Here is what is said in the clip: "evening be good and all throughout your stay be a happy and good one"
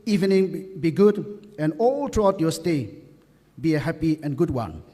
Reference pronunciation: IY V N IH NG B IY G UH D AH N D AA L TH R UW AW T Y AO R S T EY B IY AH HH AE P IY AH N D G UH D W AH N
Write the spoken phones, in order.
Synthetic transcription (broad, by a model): IY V N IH NG B IY G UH D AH N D AA L T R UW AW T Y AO S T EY B IY AH HH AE P IY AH N G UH D W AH N